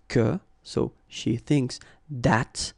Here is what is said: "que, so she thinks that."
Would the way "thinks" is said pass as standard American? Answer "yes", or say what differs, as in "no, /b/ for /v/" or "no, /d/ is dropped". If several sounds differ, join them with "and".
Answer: yes